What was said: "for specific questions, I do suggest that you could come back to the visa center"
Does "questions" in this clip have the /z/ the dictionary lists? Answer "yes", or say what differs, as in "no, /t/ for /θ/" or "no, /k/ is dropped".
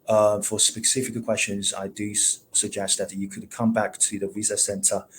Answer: yes